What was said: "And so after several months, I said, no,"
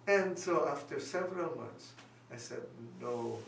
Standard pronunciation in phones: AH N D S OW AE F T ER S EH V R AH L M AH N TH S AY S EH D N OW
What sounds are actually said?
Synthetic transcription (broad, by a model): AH N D S OW AE F T ER S EH V R AH L M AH N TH S AY S EH D N OW